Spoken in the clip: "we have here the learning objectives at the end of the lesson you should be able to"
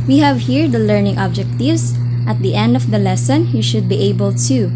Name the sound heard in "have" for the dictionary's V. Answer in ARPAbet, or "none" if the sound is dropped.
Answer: V